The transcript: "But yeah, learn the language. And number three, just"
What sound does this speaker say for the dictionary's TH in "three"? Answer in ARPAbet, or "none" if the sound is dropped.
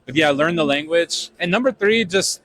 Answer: TH